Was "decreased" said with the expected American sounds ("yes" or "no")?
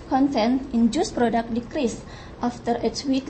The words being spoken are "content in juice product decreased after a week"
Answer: yes